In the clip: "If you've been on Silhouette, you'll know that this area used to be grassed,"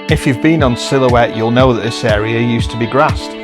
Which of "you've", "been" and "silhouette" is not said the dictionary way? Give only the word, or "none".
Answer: none